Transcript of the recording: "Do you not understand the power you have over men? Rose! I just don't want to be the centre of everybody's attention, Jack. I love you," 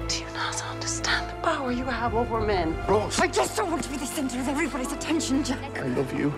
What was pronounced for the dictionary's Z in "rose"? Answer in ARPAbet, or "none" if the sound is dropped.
none